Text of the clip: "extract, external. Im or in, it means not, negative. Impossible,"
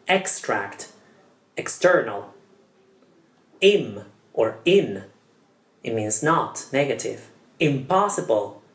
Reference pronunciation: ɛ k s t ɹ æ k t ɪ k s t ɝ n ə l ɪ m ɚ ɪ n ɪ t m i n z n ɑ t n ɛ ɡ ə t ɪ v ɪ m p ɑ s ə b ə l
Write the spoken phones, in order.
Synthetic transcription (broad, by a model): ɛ k s t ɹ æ k t ɪ k s t ɝ n ə l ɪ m ɚ ɪ n ɪ t m i n z n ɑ t n ɛ ɡ ə t ɪ v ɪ m p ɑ s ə b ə l